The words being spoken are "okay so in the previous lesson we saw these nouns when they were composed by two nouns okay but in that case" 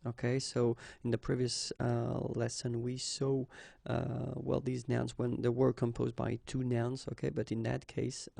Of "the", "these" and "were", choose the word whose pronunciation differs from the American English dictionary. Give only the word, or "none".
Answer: none